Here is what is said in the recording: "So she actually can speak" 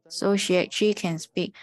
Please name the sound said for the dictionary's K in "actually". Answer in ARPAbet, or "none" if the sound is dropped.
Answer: none